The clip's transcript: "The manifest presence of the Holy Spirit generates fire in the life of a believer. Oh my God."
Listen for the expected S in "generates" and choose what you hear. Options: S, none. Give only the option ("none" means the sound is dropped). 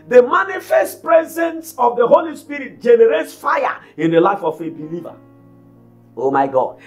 S